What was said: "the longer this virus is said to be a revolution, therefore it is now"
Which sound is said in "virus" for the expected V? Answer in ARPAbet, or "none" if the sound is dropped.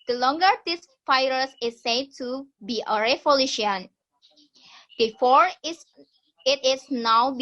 F